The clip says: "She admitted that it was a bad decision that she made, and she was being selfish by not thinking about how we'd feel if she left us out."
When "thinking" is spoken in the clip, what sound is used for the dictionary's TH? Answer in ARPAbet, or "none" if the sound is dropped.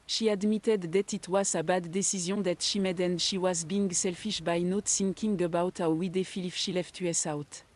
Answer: S